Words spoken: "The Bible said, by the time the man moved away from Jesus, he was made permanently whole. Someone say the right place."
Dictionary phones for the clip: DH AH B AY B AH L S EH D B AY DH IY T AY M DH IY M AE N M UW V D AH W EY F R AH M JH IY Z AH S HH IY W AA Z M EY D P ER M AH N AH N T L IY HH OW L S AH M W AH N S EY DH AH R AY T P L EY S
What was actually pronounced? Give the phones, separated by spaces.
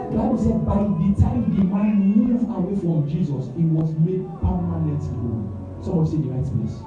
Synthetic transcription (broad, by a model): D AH B AY B AH L S EH D B AY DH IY T AY M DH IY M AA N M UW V AH W EY F R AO M JH IY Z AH S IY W AA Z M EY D P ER M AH N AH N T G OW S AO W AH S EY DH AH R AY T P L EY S